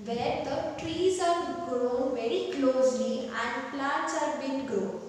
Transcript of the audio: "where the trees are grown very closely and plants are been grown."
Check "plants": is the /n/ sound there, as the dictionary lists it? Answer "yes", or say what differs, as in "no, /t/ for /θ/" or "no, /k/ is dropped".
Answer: no, /n/ is dropped